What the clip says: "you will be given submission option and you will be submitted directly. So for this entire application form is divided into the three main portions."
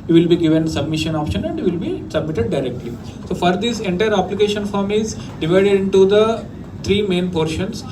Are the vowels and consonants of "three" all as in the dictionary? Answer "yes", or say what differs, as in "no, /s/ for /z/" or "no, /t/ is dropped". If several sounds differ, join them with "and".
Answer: no, /t/ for /θ/